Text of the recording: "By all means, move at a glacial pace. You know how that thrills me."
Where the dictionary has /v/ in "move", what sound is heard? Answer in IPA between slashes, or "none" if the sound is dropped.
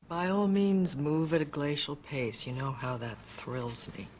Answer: /v/